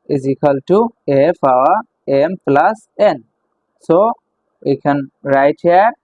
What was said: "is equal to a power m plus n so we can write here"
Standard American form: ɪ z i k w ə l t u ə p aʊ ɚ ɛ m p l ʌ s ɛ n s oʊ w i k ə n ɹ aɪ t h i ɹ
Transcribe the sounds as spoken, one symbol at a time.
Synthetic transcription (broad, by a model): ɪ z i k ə l t u ə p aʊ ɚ ɛ m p l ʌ s ɛ n s oʊ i k ə n ɹ aɪ t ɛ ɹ